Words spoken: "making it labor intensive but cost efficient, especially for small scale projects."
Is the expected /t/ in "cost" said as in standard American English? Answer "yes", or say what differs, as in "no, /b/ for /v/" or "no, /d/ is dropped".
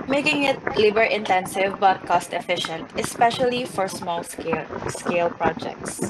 yes